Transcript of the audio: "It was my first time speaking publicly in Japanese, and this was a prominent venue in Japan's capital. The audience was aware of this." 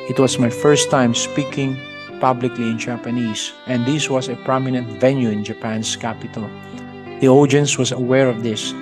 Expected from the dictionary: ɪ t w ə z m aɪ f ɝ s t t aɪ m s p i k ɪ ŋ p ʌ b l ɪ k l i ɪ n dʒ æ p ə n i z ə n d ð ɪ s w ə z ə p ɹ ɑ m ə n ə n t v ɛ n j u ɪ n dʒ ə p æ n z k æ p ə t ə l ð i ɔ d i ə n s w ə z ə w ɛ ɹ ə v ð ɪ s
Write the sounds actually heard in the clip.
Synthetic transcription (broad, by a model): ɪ t w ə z m aɪ f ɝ s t t aɪ m s p i k ɪ ŋ p ʌ b l ɪ k l i ɪ n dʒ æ p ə n i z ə n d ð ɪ s w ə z ə p ɹ ɑ m ə n ə n t v ɛ n j u ɪ n dʒ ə p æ n s k æ p ə t ə l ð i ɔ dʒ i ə n s w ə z ə w ɛ ɹ ə v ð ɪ s